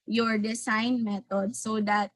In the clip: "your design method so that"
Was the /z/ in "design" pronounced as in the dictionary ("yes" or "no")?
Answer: no